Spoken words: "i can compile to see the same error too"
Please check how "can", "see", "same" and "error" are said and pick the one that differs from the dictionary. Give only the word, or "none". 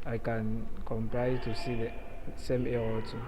error